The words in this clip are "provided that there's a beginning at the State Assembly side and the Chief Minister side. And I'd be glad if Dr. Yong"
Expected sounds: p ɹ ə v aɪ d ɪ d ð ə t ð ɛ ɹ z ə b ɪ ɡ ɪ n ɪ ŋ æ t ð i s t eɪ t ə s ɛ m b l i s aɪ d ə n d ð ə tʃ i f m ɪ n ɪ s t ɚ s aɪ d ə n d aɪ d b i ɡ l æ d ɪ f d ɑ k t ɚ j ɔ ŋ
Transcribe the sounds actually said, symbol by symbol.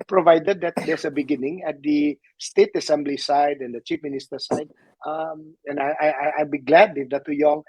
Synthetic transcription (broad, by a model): p ɹ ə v aɪ d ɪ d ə t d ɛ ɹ s ə b ɪ ɡ ɪ n ɪ ŋ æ t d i s t eɪ t ə s ɛ m b l i s aɪ d ə n d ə tʃ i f m ɪ n ɪ s t ɚ s aɪ d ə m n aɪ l b i ɡ l æ d ɪ f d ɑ t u j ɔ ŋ